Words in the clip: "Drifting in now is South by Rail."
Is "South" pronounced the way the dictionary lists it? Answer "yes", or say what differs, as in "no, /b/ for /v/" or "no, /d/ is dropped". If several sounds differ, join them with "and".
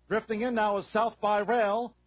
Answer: yes